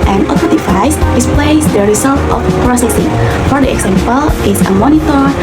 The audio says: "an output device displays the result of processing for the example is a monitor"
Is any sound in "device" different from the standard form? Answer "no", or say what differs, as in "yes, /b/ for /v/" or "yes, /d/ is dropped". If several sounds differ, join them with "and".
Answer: yes, /f/ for /v/